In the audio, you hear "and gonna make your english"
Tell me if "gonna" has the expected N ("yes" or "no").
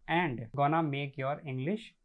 yes